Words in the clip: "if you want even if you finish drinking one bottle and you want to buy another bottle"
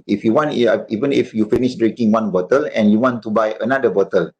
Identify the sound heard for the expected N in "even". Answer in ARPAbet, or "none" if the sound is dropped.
N